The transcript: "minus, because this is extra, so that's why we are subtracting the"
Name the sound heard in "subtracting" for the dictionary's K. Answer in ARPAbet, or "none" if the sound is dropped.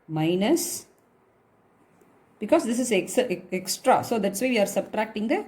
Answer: K